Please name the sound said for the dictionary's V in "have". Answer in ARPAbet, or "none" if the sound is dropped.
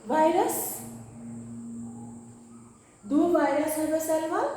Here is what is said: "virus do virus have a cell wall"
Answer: B